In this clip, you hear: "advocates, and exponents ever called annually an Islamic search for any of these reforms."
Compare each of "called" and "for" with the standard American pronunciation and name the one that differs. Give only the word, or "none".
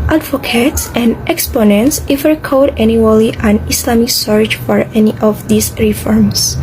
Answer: called